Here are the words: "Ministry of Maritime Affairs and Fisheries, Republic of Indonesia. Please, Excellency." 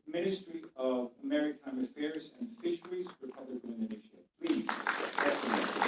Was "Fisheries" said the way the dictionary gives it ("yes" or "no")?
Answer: yes